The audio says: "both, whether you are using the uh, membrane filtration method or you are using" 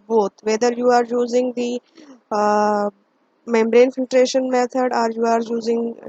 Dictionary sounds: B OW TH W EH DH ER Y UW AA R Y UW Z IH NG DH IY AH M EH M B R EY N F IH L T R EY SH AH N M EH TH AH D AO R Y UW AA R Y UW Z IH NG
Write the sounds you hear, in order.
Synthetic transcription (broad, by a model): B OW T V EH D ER Y UW AA R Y UW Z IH NG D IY M EH M B R EY N F IH L T R EY SH AH N M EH T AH D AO R Y UW AA R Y UW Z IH NG